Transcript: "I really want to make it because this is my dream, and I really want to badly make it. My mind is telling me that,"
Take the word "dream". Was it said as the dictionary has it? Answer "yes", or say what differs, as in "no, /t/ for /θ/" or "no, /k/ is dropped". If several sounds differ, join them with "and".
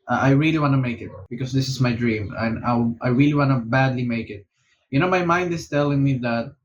yes